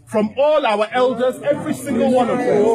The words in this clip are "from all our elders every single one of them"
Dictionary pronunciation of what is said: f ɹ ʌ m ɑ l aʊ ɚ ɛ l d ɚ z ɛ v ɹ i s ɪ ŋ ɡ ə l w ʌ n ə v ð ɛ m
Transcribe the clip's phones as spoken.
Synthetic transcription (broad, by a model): f ɹ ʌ m ɑ l aʊ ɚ ɛ l d ɚ z ɛ v ɹ i s ɪ ŋ ɡ ə l w ʌ n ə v